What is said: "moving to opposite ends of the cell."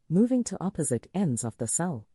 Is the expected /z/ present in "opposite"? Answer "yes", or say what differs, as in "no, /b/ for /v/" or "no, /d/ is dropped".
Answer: yes